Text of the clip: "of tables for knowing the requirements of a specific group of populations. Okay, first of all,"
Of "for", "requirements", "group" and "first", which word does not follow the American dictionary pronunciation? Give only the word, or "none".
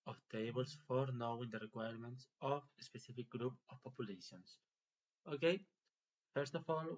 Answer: none